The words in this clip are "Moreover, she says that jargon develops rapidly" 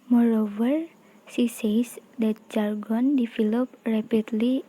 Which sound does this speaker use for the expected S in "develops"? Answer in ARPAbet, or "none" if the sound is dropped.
none